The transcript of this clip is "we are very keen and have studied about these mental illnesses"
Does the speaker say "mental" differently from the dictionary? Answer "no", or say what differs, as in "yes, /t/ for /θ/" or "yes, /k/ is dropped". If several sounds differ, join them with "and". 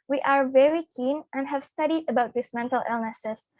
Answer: no